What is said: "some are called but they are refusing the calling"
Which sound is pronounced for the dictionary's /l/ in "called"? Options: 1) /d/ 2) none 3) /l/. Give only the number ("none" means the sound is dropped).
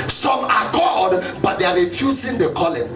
2